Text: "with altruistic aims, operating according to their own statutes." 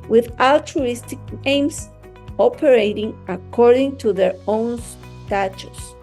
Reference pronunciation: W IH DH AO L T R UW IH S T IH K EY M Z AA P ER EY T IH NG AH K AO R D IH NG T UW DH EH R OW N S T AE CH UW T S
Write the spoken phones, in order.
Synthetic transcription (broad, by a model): W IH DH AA L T R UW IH S T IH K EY M S AA P ER EY T IH NG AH K AO R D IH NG T UW DH EH R OW N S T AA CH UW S